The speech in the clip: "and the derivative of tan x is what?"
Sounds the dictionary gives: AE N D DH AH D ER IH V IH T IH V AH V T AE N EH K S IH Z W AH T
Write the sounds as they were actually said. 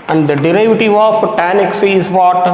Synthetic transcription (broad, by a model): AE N D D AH D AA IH V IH T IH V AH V T AE N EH K S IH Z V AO T